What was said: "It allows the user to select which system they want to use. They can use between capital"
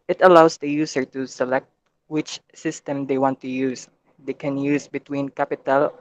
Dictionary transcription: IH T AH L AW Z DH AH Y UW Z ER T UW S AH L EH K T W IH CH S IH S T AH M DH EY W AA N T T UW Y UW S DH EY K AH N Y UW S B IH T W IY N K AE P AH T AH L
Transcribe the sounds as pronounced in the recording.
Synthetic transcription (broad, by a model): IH T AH L AW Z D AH Y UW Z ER T UW S AH L EH K T W IH CH S IH S T AH M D EY W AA N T T UW Y UW S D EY K AH N Y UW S B IH T W IY N K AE P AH T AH L